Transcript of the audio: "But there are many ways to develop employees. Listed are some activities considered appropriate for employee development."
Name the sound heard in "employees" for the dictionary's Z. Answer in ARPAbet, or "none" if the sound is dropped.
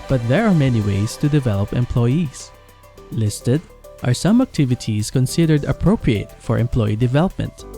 S